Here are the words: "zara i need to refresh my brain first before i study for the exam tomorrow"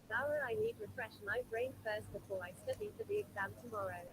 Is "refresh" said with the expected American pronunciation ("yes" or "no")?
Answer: yes